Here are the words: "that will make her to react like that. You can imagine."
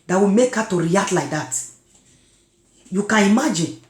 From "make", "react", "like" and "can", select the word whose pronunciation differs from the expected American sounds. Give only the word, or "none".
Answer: react